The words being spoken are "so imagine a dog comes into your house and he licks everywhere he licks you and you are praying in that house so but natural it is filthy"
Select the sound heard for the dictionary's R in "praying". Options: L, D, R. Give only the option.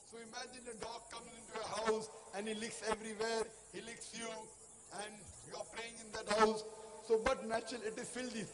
L